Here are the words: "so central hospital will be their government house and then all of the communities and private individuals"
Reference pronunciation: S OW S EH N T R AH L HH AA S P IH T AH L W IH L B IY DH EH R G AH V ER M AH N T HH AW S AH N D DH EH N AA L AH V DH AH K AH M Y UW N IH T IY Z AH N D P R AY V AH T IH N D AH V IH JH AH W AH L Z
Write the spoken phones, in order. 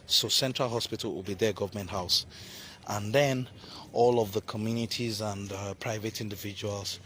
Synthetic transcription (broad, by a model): S OW S EH N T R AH L HH AA S P IH T AH L W IH L B IY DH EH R G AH V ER M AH N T HH AW S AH N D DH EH N AA L AH V DH AH K AH M Y UW N IH T IY Z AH N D P R AY V AH T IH N D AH V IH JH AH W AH L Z